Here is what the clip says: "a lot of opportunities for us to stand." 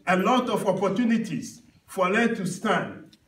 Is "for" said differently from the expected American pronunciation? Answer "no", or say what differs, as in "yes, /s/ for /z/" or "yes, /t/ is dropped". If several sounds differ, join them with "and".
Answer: yes, /l/ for /ɹ/